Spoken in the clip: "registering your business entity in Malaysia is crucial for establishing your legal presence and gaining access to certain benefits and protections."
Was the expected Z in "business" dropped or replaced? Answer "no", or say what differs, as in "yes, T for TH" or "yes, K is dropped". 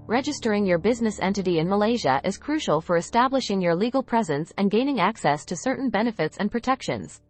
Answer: no